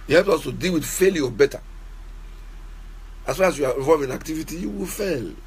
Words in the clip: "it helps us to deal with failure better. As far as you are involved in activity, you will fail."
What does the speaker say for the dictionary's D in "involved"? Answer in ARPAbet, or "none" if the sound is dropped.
none